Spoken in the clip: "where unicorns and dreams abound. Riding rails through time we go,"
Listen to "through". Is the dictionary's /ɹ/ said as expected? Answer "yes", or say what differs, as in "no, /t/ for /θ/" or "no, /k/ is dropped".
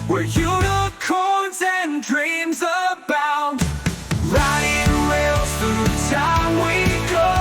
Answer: no, /ɹ/ is dropped